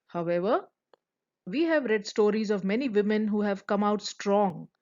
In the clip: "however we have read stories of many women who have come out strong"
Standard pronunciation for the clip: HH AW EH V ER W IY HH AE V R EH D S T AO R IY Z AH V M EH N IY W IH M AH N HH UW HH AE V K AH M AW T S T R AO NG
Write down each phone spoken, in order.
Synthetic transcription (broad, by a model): HH AW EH V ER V IY HH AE V R EH D S T AO R IY Z AH V M EH N IY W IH M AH N HH UW HH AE V K AH M AW T S T R AO NG